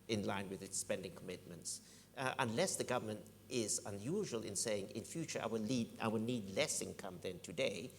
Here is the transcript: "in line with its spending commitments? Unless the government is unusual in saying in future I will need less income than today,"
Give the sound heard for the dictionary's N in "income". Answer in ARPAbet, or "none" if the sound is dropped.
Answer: N